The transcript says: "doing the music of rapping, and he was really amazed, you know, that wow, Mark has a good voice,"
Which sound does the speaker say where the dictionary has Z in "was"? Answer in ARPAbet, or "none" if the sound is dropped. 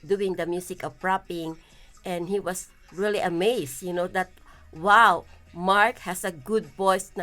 S